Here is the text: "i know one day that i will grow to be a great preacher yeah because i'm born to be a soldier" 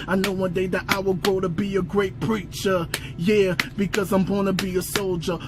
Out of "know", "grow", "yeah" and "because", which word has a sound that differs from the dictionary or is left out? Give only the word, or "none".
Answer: grow